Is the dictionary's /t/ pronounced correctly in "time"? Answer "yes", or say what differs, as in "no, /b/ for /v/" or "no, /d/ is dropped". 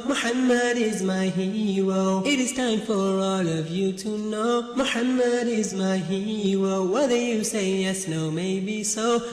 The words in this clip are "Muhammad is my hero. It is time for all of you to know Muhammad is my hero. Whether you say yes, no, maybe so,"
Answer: yes